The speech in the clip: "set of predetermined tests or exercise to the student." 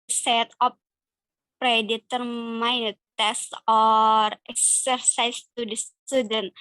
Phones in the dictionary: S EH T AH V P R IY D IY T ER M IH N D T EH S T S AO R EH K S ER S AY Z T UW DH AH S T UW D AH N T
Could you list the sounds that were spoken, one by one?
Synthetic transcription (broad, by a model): S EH T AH P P R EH D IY T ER M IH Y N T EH S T AO R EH K S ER S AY S T UW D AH S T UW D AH N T